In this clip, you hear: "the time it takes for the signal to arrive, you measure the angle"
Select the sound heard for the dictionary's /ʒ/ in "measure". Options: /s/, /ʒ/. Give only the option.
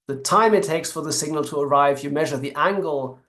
/ʒ/